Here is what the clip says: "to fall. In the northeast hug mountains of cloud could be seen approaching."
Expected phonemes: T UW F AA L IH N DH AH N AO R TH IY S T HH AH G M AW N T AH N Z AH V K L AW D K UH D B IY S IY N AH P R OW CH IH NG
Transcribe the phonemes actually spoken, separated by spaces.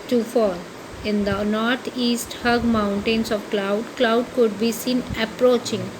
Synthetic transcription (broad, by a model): T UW F AA L IH N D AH N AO R T IY S T HH AH G M AW N T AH N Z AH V K L AW D K UH D B IY S IY N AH P R OW CH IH NG